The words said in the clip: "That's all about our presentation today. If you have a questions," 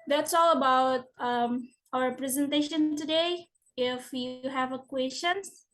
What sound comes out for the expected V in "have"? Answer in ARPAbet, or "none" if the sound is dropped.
V